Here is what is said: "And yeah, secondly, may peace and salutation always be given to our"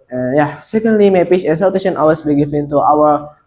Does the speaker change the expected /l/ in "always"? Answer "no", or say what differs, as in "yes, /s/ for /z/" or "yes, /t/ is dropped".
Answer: yes, /l/ is dropped